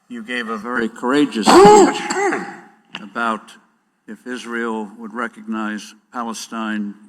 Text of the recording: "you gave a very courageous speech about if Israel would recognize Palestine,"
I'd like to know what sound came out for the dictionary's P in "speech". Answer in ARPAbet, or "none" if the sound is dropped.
none